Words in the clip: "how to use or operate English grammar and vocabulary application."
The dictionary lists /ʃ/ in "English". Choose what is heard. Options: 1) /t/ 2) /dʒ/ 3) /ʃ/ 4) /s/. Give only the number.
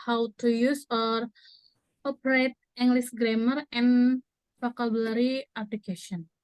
4